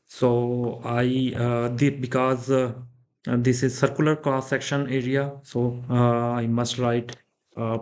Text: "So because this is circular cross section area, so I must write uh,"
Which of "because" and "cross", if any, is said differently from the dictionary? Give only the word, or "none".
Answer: cross